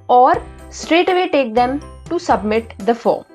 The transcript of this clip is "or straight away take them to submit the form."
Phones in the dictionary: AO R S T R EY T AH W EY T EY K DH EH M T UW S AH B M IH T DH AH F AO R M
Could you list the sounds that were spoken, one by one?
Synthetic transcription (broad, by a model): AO R S T R EY T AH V EY T EY K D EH M T UW S AH B M IH T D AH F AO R M